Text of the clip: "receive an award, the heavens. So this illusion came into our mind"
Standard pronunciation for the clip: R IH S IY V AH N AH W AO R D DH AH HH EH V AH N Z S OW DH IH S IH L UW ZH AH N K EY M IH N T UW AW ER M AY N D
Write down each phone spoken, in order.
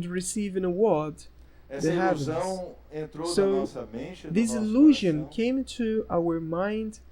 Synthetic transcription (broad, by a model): R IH S IY V AH N AH W AO R D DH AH HH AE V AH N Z S OW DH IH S IH L UW ZH AH N K EY IH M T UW AW ER M AY N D